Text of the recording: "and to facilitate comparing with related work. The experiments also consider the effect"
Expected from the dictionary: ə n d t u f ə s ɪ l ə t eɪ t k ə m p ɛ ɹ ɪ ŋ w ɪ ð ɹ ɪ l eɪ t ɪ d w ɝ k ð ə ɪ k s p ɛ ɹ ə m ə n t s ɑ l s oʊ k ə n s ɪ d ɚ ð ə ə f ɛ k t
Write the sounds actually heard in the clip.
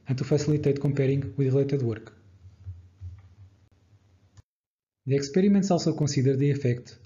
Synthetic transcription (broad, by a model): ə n t u f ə s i l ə t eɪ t k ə m p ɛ ɹ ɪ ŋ w ɪ ð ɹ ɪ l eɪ t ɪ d w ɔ k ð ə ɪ k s p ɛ ɹ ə m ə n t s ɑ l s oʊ k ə s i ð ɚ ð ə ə f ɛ k t